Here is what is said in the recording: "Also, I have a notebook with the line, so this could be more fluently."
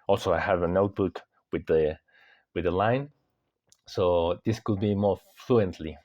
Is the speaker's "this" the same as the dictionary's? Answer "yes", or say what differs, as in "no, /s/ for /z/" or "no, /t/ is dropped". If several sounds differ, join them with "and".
yes